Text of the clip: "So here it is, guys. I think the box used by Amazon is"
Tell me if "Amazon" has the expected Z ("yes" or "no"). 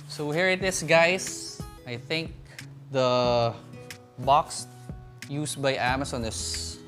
no